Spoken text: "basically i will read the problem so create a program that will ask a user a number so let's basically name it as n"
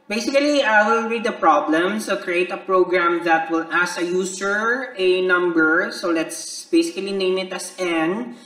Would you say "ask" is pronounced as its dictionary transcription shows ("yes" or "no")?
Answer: no